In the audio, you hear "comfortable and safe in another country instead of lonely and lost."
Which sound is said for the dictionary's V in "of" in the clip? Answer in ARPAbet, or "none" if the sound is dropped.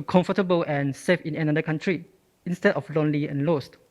F